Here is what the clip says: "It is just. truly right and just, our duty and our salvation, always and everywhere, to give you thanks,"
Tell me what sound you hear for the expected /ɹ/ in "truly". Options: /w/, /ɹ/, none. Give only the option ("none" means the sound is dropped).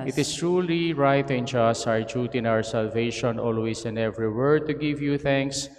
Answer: /ɹ/